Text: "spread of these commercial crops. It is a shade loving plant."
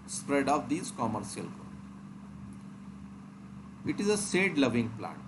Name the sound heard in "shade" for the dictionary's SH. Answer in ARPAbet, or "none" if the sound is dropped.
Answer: S